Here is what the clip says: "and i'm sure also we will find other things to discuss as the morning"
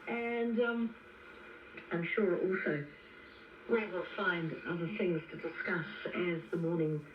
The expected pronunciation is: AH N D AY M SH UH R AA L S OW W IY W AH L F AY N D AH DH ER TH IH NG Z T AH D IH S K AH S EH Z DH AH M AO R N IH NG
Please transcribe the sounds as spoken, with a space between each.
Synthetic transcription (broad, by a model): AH N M AY M SH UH R AA L S OW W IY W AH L F AY N D AH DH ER TH IH NG Z T AH D IH S K AH S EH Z DH AH M AO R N IH NG